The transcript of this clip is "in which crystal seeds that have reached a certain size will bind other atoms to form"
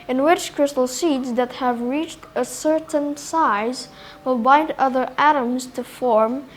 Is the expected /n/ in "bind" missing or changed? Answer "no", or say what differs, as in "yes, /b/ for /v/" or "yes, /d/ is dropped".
no